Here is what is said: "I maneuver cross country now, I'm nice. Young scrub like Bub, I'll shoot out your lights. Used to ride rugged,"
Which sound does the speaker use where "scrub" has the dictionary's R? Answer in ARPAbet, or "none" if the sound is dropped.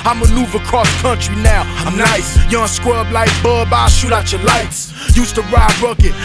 W